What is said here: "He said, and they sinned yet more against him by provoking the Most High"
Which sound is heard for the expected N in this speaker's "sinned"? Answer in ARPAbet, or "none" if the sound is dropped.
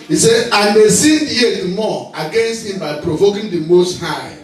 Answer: none